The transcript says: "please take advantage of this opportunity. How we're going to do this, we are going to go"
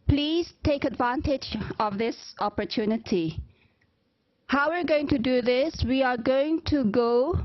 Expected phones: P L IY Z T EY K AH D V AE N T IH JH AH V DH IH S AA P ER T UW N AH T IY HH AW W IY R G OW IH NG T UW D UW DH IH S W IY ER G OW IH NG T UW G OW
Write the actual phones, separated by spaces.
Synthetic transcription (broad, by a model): P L IY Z T EY K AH D V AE N T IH JH AH V DH IH S AA P ER T UW N AH T IY HH AW W IY R G OW IH NG T UW D UW DH IH S W IY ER G OW IH NG T UW G OW